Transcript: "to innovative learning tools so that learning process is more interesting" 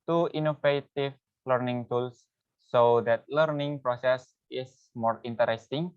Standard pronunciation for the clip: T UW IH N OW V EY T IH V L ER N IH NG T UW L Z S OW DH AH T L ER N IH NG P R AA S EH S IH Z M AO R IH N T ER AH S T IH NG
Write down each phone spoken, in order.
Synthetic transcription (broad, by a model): T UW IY N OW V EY T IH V L ER N IH NG T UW L S OW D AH T L ER N IH NG P R AA S EH S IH S M AO R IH N T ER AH S T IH NG